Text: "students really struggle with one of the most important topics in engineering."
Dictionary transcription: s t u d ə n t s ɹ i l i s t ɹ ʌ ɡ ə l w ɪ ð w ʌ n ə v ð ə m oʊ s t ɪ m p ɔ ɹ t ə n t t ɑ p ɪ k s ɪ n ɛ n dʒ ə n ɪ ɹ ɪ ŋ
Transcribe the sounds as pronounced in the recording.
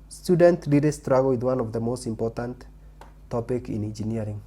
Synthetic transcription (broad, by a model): s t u d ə n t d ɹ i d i s t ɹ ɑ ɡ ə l w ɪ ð w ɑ n ə v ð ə m oʊ s t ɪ m p ɔ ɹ t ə n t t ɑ p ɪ k ɪ n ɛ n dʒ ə n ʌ ɹ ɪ ŋ